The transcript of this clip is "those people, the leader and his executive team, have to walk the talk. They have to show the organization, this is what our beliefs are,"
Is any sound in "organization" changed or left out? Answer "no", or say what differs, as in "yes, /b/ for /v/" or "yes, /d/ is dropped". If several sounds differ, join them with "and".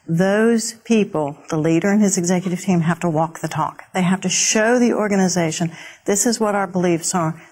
no